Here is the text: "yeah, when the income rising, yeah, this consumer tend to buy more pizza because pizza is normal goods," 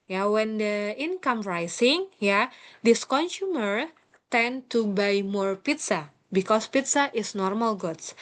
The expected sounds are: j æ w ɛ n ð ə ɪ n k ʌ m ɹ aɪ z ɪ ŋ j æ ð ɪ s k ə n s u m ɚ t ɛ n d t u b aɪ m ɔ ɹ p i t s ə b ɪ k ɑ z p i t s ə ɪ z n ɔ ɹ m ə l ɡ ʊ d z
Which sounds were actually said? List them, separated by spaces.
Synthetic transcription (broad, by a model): j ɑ w ɛ n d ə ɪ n k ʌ m ɹ aɪ s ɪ ŋ j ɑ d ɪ s k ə n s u m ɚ t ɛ n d t u b aɪ m ɔ ɹ p i t s ə b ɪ k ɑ s p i t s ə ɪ s n ɔ ɹ m ə l ɡ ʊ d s